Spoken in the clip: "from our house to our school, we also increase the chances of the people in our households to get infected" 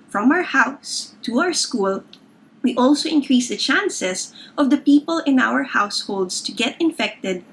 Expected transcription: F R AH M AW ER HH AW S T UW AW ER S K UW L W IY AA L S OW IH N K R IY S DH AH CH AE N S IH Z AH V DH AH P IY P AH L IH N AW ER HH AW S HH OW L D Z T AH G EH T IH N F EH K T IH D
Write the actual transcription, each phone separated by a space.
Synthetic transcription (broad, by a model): F R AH M AW ER HH AW S T UW AW ER S K UW L W IY AA L S OW IH N K R IY S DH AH CH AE N S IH S AH V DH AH P IY P AH L IH N AW ER HH AW S HH OW L D S T AH G EH T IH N F EH K T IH D